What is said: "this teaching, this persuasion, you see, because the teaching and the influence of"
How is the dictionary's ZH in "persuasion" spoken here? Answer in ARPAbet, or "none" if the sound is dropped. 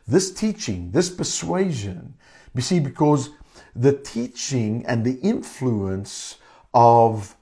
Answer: ZH